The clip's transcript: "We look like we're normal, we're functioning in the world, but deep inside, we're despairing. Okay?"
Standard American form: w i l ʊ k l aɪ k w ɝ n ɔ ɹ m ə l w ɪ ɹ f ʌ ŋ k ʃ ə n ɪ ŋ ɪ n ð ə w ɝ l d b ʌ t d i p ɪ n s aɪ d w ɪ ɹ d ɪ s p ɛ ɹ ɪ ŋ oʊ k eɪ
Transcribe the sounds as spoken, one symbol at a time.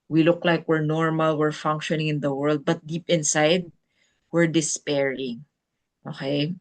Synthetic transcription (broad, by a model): w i l ʊ k l aɪ k w ɝ n ɔ ɹ m ə l w ɪ ɹ f ʌ ŋ k ʃ ə n ɪ ŋ ɪ n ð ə w ɝ l d b ʌ t d i p ɪ n s aɪ d w ɪ ɹ d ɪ s p ɛ ɹ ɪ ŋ oʊ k eɪ